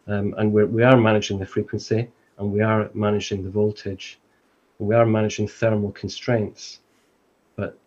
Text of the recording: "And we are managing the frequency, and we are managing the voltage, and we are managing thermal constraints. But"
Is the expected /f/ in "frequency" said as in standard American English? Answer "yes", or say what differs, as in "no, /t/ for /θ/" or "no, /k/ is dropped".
yes